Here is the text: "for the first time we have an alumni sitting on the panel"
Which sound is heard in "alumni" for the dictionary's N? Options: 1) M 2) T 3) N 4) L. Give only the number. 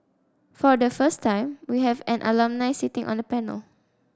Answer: 3